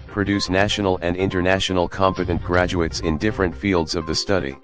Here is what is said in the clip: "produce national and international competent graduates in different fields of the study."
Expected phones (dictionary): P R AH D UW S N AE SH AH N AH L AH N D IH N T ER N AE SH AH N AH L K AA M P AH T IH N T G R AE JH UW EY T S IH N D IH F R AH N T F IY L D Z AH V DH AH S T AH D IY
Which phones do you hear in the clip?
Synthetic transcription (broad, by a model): P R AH D UW S N AE SH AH N L AH N D IH N T ER N AE SH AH N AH L K AA M P AH T IH N T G R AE JH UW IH T S IH N D IH F R AH N T F IY L D Z AH V DH AH S T AH D IY